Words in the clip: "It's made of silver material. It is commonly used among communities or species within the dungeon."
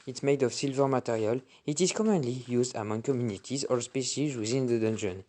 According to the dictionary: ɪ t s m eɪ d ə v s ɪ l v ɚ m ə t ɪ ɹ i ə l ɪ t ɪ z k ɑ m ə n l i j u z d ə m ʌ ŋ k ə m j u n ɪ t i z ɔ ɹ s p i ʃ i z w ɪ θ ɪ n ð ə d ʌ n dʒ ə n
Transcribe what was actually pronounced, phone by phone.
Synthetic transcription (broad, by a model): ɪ t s m eɪ d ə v s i l v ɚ m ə t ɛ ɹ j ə l ɪ t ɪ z k ɑ m ə n l i j u z d ə m ʌ ŋ k ə m j u n ɪ t i z ɔ ɹ s p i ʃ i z w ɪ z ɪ n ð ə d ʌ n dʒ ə n